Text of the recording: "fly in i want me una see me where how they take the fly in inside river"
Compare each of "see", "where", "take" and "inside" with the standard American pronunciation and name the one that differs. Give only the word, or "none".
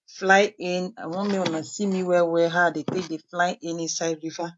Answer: where